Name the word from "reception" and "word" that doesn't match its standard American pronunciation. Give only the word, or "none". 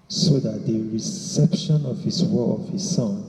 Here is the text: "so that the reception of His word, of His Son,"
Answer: word